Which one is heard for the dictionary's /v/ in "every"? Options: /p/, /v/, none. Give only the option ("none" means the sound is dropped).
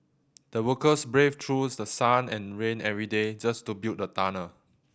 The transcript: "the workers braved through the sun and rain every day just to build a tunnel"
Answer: /v/